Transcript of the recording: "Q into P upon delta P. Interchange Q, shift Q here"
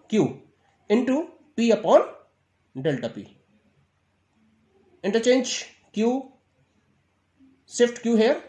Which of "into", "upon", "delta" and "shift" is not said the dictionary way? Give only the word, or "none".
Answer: shift